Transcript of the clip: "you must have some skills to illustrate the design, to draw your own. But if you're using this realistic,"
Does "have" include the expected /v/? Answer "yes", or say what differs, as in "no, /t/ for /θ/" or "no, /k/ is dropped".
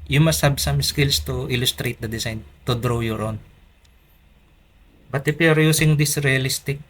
no, /b/ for /v/